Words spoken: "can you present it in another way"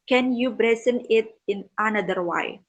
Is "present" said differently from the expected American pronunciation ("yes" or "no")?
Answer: yes